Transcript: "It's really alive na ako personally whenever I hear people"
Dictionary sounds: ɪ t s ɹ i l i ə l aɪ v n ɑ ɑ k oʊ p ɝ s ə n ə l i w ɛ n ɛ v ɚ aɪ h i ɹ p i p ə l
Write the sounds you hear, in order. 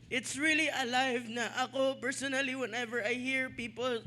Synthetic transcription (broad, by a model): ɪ t s ɹ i l i ə l aɪ v n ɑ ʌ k oʊ p ɝ s ə n ə l i w ɛ n ɛ v ɚ aɪ h i ɹ p i p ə l